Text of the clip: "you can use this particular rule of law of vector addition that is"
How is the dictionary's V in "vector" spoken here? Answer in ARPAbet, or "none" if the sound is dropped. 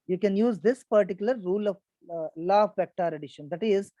P